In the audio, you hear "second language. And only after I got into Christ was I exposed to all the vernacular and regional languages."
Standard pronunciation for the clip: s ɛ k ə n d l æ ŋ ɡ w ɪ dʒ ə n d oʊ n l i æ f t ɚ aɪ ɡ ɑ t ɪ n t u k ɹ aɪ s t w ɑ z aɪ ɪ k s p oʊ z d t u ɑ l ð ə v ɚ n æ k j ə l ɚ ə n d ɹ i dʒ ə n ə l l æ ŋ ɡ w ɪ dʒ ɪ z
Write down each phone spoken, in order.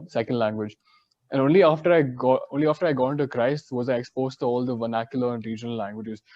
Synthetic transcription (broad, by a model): s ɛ k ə n d l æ ŋ ɡ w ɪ dʒ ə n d oʊ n l i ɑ f t ɚ aɪ ɡ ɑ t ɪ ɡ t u k ɹ aɪ s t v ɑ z aɪ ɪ k s p oʊ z t u ɑ l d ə v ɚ n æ k j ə l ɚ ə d ɹ i dʒ ə n ə l l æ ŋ ɡ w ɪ dʒ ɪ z